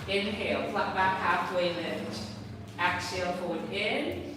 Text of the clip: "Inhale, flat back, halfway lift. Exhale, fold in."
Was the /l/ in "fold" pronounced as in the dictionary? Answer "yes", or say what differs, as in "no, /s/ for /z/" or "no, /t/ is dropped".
no, /l/ is dropped